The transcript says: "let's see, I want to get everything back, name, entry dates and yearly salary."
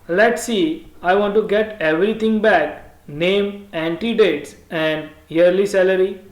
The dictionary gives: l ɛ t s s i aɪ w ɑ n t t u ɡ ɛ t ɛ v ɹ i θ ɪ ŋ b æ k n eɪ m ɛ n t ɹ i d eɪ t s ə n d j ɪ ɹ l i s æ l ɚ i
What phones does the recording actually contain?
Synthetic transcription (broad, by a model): l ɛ t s s i aɪ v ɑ n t t u ɡ ɛ t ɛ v ɹ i t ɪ ŋ b æ k n eɪ m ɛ n t i d eɪ t s ə n d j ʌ ɹ l i s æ l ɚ i